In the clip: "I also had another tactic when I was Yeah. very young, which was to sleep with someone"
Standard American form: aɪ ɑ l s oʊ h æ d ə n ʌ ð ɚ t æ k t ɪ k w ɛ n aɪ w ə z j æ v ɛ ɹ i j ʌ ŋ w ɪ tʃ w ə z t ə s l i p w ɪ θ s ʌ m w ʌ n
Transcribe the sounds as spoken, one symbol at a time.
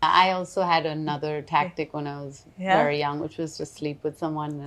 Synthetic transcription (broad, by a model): aɪ ɑ l s oʊ h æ d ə n ʌ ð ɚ t æ k t ɪ k w ɛ n aɪ w ə z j v ɛ ɹ i j ʌ ŋ w ɪ tʃ w ə z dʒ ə s l i p w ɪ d s ʌ m w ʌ n